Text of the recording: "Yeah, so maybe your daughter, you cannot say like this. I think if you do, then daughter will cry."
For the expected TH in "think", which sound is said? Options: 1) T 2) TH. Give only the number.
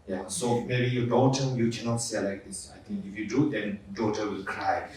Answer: 1